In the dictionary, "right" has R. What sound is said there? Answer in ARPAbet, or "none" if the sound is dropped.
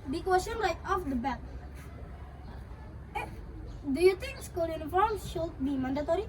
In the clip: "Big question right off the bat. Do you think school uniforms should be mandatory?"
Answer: L